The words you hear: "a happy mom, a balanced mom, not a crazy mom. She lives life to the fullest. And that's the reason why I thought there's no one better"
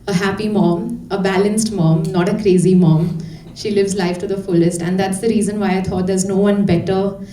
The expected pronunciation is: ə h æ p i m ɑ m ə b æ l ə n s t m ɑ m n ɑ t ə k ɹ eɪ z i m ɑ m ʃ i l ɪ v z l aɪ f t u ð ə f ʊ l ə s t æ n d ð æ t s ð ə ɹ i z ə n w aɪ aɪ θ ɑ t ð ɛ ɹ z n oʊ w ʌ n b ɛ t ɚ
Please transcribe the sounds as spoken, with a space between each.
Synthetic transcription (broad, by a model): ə h æ p i m ɑ m ə b æ l ə n s t m ɑ m n ɑ t ə k ɹ eɪ z i m ɑ m ʃ i l ɪ v z l aɪ f t u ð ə f ʊ l ə s t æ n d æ t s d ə ɹ i z ə n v aɪ aɪ t ɑ t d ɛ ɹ z n oʊ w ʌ n b ɛ t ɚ